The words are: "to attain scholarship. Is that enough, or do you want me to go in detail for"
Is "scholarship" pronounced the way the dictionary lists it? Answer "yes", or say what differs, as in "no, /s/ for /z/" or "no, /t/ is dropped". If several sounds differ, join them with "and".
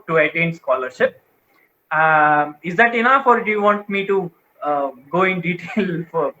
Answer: yes